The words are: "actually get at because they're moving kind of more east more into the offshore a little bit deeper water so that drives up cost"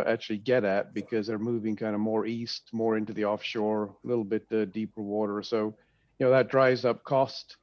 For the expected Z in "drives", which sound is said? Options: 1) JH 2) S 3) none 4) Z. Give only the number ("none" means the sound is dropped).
4